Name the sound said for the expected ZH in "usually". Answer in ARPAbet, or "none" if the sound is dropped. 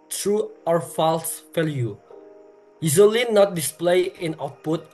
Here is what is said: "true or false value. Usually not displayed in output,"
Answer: Z